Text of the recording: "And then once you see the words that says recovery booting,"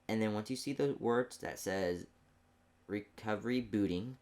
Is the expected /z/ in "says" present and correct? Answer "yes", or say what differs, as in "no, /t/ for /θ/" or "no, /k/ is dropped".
yes